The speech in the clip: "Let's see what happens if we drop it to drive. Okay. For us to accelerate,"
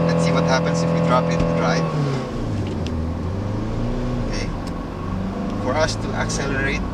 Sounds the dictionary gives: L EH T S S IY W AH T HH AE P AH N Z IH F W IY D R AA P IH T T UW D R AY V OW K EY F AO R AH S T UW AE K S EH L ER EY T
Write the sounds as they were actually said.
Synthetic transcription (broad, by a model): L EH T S S IY W AH T HH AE P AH N S IH F W IY D R AA P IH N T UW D R AY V OW K EY F AO R AH S T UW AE K S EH L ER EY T